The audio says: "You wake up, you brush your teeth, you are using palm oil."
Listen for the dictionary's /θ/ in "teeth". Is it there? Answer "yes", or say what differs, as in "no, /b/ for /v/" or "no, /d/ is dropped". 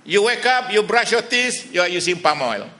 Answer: no, /s/ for /θ/